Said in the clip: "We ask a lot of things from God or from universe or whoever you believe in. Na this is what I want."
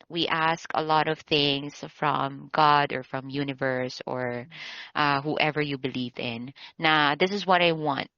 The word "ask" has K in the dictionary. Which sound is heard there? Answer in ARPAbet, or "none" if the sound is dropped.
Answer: K